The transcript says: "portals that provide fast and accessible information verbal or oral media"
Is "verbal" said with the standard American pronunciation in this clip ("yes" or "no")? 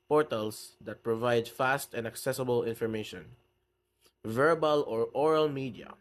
yes